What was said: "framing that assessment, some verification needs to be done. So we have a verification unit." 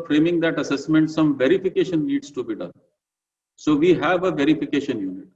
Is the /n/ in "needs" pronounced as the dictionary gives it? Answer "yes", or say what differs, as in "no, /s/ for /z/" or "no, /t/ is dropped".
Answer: no, /l/ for /n/